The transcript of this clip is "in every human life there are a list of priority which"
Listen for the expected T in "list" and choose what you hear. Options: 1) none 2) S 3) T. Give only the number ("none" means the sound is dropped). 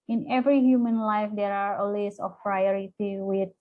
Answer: 1